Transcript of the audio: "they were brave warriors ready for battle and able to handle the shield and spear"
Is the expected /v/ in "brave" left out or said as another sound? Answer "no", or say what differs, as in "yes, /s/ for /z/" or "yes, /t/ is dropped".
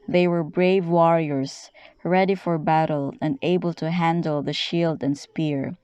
no